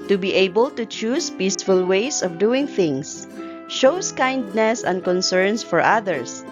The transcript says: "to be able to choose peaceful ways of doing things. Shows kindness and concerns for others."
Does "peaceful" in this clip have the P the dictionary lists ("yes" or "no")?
yes